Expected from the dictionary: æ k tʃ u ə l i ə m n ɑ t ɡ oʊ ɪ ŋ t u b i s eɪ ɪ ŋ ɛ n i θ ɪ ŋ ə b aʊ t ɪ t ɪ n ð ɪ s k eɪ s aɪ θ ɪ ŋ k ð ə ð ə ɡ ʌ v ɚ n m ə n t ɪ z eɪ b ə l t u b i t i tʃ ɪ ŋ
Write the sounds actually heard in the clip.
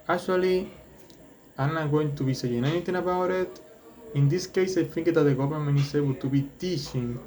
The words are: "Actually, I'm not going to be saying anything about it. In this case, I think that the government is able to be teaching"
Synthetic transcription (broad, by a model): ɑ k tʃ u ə l i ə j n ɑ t ɡ oʊ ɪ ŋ t u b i s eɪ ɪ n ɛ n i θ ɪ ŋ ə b aʊ t ɪ t ɪ n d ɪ s k eɪ s aɪ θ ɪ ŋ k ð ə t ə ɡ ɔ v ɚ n m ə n ɪ s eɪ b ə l t u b i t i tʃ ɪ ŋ